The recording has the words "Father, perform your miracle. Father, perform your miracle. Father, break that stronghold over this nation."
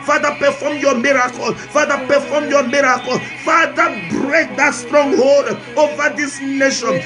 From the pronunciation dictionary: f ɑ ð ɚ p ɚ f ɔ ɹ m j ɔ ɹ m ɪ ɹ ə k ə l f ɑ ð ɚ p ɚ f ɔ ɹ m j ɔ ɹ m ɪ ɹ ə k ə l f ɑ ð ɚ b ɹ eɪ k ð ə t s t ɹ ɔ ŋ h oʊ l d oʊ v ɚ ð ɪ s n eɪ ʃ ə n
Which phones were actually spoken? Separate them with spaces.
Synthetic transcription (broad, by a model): f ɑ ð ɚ p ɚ f ɔ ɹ m j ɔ m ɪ ɹ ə k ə l f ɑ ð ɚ p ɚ f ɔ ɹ m j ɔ m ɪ ɹ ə k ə l f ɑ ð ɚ b ɹ eɪ k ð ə t s t ɹ ɔ ŋ h oʊ l d oʊ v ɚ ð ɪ s n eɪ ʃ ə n